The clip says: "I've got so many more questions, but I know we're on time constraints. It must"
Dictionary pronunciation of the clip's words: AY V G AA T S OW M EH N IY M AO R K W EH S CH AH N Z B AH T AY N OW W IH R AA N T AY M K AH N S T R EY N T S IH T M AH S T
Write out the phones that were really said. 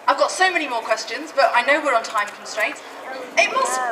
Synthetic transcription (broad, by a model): AY V G AA T S OW M EH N IY M AO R K W EH S CH AH N Z B AH T AY N OW W IH R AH N T AY M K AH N S T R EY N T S IH T M AH S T